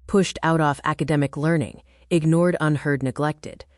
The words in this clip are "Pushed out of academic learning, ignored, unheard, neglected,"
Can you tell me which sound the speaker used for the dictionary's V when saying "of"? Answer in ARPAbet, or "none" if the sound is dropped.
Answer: F